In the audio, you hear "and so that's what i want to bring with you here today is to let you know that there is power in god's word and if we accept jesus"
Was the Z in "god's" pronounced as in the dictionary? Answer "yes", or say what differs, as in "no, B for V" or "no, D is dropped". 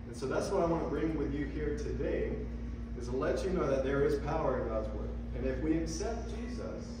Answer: yes